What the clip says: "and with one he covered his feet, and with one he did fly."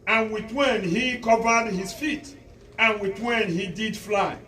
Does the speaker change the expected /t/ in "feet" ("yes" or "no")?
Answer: no